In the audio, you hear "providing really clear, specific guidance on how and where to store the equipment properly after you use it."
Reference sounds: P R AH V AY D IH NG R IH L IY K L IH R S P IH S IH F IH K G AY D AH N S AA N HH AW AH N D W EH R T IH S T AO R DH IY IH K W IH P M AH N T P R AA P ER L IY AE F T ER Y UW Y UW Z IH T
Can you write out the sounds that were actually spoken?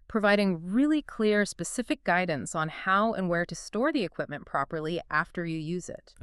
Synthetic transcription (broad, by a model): P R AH V AY D IH NG R IH L IY K L IH R S P IH S IH F IH K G AY D N S N HH AW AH N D W EH R T IH S T AO R DH IY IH K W IH P M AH N P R AA P ER L IY AE F T ER Y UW Y UW Z IH T